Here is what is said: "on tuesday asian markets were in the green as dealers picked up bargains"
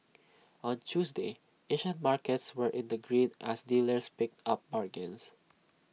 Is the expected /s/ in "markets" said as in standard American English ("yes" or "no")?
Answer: yes